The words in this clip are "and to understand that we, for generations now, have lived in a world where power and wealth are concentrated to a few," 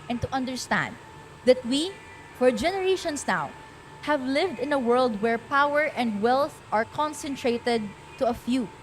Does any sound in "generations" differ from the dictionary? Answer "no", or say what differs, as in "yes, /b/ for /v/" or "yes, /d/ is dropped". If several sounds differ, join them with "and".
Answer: yes, /s/ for /z/